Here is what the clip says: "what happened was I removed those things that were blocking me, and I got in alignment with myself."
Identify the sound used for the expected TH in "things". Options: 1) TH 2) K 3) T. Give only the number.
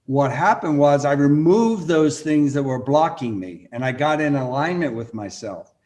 1